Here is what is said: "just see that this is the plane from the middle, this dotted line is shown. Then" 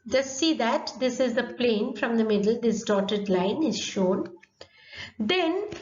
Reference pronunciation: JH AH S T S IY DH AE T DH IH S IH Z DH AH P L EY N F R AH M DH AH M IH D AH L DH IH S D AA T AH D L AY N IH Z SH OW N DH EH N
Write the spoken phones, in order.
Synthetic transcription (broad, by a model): JH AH S T S IY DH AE T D IH S IH Z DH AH P L EY N F R AH M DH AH M IH D AH L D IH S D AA T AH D L AY N IH Z SH OW N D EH N